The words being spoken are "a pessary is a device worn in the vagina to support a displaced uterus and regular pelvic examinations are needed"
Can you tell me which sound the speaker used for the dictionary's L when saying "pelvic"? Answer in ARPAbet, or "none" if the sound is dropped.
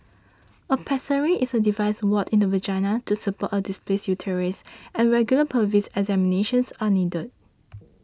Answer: none